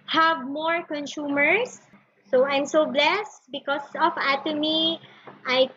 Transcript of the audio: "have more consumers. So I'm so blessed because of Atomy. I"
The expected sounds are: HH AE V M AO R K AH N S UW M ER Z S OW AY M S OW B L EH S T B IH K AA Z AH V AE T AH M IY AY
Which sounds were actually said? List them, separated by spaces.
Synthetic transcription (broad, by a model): HH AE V M AO R K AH N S UW M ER S OW AY M S OW B L EH S T B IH K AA S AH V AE T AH M IY AY